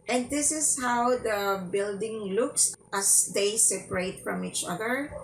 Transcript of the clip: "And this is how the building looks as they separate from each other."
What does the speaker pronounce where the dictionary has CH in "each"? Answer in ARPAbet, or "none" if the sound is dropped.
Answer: CH